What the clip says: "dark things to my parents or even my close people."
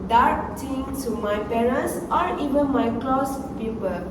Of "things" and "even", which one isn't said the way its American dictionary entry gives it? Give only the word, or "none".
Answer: things